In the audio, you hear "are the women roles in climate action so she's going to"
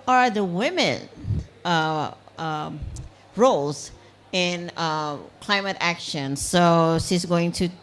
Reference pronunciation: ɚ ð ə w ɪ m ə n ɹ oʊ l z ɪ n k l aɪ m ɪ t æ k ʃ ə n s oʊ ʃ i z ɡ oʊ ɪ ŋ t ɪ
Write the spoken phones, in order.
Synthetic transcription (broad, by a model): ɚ ð ə w ɪ m ə n ɹ oʊ l z ɪ n k l aɪ m ɪ t æ k ʃ ə n s oʊ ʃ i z ɡ oʊ ɪ ŋ t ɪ